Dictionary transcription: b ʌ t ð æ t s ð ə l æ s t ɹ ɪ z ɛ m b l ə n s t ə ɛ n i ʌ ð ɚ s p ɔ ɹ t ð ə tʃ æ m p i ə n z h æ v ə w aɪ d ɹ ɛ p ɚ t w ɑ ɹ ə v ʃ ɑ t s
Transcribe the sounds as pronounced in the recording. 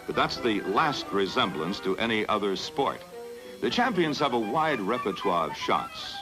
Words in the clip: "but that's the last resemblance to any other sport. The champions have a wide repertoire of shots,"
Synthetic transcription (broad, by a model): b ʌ t ð æ t s ð ə l æ s t ɹ ɪ z ɛ m b l ə n s t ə ɛ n i ʌ ð ɚ s p ɔ ɹ t ð ə tʃ æ m p i ə n z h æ v ə w aɪ d ɹ ɛ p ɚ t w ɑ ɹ ə v ʃ ɑ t s